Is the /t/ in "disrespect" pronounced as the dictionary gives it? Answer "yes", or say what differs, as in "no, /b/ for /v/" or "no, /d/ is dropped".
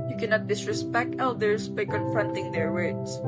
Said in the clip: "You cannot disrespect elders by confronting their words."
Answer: yes